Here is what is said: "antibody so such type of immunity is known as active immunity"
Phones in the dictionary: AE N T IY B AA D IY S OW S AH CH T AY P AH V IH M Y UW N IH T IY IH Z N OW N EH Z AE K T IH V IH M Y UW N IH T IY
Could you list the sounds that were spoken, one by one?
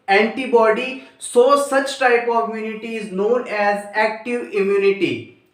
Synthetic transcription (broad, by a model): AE N T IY B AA D IY S OW S AH CH T AY P AH V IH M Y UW N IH T IY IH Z N OW N EH Z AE K T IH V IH M Y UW N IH T IY